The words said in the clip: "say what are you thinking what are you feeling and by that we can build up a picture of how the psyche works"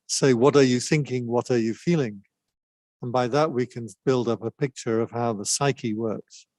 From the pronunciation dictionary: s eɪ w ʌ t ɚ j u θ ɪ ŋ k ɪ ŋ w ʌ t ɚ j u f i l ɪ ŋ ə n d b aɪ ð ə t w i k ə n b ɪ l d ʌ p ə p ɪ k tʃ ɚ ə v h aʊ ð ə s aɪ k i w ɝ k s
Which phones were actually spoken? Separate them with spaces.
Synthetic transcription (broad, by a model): s eɪ w ʌ t ɚ j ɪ θ ɪ ŋ k ɪ ŋ w ʌ t ɚ j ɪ f i l ɪ ŋ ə n b aɪ ð ə t w i k ə n b ɪ l d ʌ p ə p ɪ k tʃ ɚ ə v h aʊ ð ə s aɪ k i w ɝ k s